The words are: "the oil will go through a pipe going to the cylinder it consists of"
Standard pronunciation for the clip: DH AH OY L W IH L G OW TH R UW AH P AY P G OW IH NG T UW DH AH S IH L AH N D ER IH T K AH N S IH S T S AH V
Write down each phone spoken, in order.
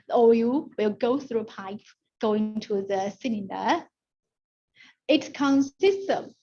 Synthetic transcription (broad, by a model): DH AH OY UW W IH L G OW TH R UW AH P AY P G OW IH NG T UW DH AH S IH N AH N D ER IH T K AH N S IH S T AH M